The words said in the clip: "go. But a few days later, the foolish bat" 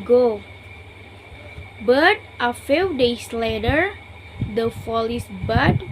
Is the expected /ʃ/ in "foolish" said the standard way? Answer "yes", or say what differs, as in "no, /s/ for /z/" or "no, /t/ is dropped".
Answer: no, /s/ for /ʃ/